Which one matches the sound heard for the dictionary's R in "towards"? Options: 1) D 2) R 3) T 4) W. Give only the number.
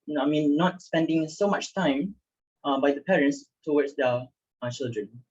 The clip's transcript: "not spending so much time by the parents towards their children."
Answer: 4